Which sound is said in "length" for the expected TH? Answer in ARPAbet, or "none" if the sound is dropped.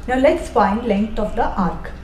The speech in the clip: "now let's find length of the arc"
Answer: T